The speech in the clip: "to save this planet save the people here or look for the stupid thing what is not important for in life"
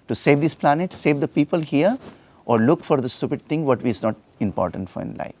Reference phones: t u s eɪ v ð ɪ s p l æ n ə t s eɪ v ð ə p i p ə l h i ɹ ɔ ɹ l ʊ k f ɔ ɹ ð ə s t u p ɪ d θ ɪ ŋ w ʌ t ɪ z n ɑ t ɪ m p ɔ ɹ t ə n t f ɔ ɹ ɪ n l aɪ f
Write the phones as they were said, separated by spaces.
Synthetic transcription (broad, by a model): t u s eɪ v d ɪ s p l æ n ə t s eɪ v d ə p i p ə l h i ɹ ɔ ɹ l ʊ k f ɔ ɹ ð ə s t u p ɪ d t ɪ ŋ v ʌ t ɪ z n ɑ t ɪ m p ɔ ɹ t ə n t f ɔ ɹ ɪ n l aɪ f